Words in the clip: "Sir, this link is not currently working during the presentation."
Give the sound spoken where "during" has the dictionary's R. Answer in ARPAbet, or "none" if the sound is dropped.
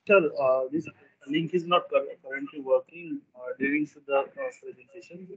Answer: none